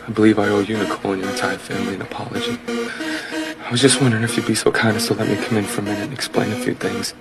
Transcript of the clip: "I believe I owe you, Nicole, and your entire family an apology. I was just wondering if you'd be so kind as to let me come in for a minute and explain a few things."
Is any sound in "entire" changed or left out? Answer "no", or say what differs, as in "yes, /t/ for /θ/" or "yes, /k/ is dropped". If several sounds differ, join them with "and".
yes, /n/ is dropped